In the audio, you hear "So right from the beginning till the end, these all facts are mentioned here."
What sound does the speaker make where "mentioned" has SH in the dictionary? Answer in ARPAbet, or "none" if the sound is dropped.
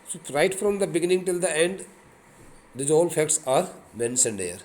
S